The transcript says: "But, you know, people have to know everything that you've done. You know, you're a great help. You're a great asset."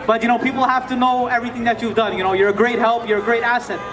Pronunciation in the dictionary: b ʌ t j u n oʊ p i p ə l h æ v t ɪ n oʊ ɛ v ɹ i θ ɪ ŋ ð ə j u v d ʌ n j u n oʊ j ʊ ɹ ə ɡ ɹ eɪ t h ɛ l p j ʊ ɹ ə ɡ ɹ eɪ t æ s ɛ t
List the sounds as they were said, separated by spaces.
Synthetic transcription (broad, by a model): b ʌ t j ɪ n oʊ p i p l h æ f t ɪ n oʊ ɛ v ɹ i θ ɪ ŋ ð ə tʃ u v d ʌ n j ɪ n oʊ j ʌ ɹ ə ɡ ɹ eɪ t h ɛ l p j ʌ ɹ ə ɡ ɹ eɪ t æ s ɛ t